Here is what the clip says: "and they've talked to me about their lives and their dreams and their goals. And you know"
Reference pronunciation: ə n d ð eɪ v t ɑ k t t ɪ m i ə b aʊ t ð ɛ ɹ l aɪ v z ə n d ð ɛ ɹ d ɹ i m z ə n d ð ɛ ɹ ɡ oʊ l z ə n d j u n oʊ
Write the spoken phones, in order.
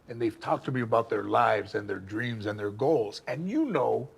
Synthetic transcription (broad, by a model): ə n ð eɪ v t ɑ k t t ɪ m i ə b aʊ t ð ɛ ɹ l aɪ v z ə n ð ɛ ɹ d ɹ i m z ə n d ð ɛ ɹ ɡ oʊ l z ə n j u n oʊ